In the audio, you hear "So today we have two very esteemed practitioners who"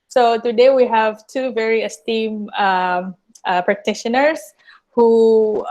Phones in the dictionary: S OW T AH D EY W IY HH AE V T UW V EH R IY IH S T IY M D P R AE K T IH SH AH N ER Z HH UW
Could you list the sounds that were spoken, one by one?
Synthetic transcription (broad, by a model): S OW T AH D EY W IY HH AE V T UW V EH R IY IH S T IY M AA P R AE K T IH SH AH N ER S HH UW